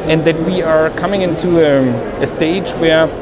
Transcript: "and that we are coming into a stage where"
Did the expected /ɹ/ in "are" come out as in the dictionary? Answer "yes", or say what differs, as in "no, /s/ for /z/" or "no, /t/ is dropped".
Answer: yes